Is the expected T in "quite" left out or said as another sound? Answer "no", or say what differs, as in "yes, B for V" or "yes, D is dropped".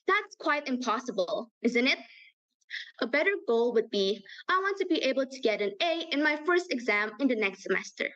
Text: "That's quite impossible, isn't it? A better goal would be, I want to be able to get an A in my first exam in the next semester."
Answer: no